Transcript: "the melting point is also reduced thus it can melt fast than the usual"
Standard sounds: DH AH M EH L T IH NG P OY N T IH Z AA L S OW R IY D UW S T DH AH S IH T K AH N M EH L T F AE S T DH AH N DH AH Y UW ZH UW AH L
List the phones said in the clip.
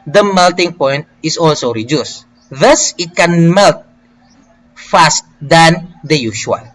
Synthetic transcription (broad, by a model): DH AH M EH L T IH NG P OY N T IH S AA L S OW R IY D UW S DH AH S IH T K AH N M EH L T F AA S T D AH N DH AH Y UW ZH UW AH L